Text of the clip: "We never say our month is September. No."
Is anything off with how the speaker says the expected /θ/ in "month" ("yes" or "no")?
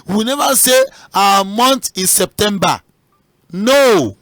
yes